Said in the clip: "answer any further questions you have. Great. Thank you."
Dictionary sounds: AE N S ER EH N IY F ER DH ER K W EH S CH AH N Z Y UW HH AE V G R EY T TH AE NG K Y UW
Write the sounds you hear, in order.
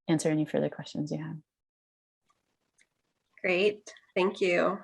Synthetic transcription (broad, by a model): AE N S ER EH N IY F ER DH ER K W EH S CH AH N Z Y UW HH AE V G R EY T TH AE NG K Y UW